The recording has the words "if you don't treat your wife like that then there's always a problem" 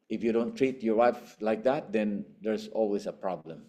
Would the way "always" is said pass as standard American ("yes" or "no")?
no